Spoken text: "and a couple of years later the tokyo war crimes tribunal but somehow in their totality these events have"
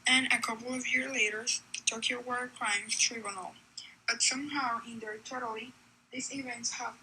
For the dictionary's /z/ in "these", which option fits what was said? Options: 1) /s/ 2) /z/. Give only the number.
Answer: 1